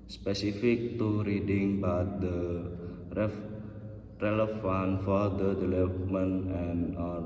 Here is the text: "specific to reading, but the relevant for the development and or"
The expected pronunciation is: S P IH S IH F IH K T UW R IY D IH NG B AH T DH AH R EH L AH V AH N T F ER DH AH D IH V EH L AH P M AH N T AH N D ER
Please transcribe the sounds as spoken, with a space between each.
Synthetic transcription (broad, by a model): S P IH S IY F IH K T UW R IY D IH NG B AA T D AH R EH L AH F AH N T F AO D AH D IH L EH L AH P M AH N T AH N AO